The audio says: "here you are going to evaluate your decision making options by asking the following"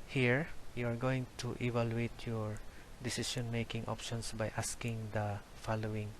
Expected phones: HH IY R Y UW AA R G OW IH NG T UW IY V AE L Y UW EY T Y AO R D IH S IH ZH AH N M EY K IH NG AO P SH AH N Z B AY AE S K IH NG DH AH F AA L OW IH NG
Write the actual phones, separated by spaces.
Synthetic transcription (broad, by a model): HH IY R Y UW AA R G OW IH NG T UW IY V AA L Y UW EY T Y AO R D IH S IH SH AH N M EY K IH NG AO P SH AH N S B AY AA S K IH NG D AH F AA L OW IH NG